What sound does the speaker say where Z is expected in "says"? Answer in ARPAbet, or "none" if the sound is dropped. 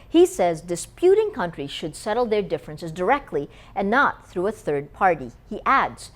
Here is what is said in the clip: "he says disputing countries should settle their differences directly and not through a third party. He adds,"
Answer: Z